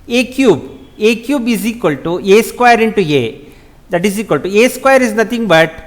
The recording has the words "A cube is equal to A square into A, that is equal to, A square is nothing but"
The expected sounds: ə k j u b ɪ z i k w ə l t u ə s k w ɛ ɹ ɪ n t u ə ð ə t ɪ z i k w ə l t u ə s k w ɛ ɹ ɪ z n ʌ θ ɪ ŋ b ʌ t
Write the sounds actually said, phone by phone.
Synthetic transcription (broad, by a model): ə k j u b ɪ z i k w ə l t u ə s k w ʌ ɹ ɪ n t u ə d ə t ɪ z i k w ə l t u ə s k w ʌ ɹ ɪ z n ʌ t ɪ ŋ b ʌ t